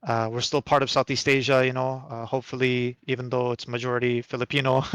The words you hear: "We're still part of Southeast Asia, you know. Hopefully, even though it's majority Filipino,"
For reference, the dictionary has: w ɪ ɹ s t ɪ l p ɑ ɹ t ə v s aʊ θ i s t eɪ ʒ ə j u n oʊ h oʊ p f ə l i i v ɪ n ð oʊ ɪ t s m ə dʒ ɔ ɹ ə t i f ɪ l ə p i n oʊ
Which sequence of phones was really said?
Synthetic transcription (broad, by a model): w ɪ ɹ s t ɪ l p ɑ ɹ t ə v s aʊ θ i s t eɪ ʒ ə j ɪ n oʊ h oʊ p f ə l i i v ɪ n ð oʊ ɪ t s m ə dʒ ɔ ɹ ə t i f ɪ l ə p i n oʊ